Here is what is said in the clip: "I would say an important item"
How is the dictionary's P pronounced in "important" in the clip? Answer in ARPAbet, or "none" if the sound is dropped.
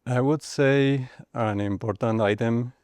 B